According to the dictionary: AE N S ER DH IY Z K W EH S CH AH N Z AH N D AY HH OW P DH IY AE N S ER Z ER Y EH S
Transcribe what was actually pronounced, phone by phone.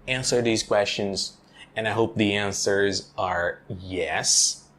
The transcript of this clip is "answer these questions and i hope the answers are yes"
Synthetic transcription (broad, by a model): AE N S ER DH IY Z K W EH S CH AH N Z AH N AY HH OW P DH IY AE N S ER Z ER Y EH S